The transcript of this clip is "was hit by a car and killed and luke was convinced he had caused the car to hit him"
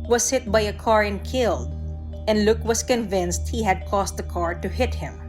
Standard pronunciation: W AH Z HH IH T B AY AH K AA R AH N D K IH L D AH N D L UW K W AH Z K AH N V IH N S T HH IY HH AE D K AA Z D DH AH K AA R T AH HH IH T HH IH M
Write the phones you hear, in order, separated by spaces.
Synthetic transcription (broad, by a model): W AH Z HH IH T B AY AH K AA R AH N K IH L D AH N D L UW K W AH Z K AH N V IH N S T HH IY HH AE D K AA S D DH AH K AA R T AH HH IH T HH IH M